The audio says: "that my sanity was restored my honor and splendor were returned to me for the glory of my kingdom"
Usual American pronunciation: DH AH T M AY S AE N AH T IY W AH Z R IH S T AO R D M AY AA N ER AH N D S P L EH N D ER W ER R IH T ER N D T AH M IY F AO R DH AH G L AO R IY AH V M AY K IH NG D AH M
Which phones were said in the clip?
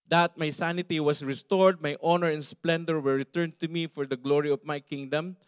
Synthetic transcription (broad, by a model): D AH T M AY S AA N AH T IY W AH S R IH S T AO R D M AY AA N ER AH N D S P L EH N D ER W ER R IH T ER N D T AH M IY F AO R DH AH G L AO R IY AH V M AY K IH NG D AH M